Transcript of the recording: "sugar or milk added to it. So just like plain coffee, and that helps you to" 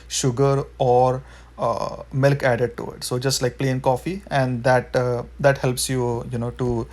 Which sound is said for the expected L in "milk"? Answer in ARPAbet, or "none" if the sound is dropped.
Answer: L